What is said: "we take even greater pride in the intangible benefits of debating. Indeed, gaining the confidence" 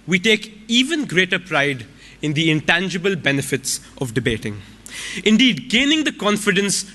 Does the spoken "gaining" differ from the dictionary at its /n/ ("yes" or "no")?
no